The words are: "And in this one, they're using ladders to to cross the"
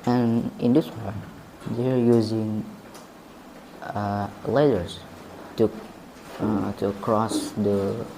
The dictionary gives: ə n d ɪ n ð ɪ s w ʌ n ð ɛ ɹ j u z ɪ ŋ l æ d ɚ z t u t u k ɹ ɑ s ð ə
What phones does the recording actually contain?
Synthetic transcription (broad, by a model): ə n ɪ n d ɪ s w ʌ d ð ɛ ɹ j u z ɪ ŋ l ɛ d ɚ s t u t u k ɹ ɑ s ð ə